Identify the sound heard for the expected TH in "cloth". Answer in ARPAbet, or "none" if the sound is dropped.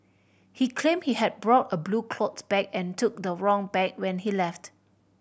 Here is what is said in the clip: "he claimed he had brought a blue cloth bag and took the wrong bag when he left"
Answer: S